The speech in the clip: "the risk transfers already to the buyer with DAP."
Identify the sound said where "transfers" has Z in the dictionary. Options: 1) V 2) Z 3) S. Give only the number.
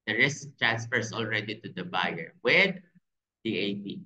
3